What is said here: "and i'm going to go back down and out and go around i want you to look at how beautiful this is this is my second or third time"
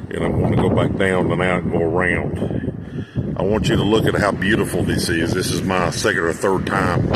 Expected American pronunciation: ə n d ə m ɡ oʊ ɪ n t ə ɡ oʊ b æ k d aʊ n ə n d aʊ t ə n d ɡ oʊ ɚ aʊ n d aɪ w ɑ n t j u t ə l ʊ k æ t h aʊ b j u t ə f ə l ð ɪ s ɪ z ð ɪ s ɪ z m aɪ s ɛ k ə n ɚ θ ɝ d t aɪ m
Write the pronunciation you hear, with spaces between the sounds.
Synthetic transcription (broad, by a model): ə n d ə m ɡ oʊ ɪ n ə ɡ oʊ b æ k d aʊ n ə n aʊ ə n ɡ oʊ ɚ aʊ n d aɪ w ɑ n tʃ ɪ t ə l ʊ k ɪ t h aʊ b j u t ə f l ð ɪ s ɪ z ð ɪ s ɪ z m aɪ s ɛ k ə n ɚ θ ɝ d t aɪ m